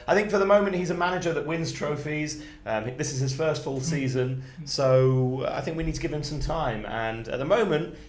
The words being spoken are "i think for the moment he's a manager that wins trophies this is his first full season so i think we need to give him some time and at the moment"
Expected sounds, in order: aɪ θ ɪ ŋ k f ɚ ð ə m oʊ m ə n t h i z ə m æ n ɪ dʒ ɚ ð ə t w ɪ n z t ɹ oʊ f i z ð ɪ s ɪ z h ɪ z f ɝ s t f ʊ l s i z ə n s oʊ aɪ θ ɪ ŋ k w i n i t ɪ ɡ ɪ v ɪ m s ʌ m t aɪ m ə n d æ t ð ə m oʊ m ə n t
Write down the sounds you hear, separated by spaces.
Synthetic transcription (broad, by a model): aɪ θ ɪ ŋ k f ɚ ð ə m oʊ m ə n t h i z ə m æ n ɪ dʒ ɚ ð ə t w ɪ n z t ɹ oʊ f i z ð ɪ s ɪ z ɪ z f ɝ s t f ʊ l s i z ə n s oʊ aɪ θ ɪ ŋ k w i n i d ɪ ɡ ɪ v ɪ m s ʌ m t aɪ m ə n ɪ t ð ə m oʊ m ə n t